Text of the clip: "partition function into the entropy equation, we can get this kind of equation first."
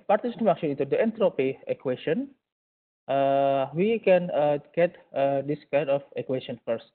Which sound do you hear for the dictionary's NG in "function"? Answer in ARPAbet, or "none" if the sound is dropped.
none